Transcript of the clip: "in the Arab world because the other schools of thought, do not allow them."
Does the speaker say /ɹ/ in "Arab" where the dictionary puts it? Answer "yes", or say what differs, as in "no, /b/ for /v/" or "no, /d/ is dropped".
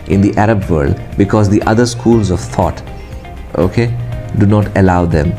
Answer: yes